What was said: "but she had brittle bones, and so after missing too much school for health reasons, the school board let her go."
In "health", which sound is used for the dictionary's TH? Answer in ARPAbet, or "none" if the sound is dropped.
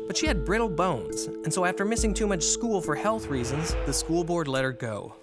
TH